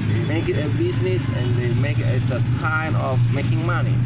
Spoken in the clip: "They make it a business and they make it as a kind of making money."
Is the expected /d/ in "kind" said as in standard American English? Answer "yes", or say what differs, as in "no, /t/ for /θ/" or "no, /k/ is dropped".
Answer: no, /d/ is dropped